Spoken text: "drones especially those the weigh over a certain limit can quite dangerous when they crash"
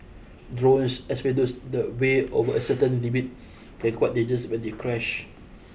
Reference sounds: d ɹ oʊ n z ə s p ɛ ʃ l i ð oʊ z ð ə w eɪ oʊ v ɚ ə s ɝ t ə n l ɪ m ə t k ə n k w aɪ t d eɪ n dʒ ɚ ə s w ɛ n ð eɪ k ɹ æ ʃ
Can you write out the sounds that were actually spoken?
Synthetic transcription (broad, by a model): d ɹ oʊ n s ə s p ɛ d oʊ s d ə w eɪ oʊ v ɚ ə s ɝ t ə n l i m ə t k ə n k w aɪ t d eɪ dʒ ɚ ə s w ɛ n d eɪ k ɹ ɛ ʃ